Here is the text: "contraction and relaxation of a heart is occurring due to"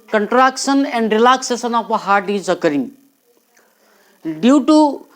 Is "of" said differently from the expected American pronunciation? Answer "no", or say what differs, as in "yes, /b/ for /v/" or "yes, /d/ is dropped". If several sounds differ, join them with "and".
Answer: yes, /p/ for /v/